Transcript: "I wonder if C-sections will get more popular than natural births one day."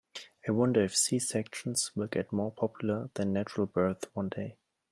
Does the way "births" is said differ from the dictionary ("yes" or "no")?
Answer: yes